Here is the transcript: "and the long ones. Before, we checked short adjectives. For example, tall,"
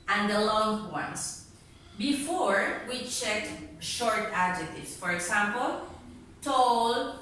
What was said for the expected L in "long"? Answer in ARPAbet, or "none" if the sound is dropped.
L